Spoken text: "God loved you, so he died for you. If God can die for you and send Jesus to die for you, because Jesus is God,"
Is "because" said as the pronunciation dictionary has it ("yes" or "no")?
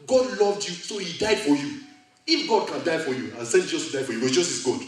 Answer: no